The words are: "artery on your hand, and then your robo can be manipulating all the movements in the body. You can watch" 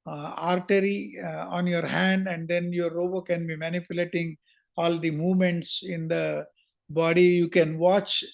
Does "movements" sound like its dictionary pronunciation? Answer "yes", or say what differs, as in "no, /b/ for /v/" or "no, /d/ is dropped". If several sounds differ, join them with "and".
yes